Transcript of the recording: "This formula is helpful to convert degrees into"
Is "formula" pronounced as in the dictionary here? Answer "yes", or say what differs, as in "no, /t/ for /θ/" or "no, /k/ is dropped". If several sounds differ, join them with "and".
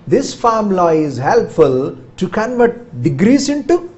no, /l/ is dropped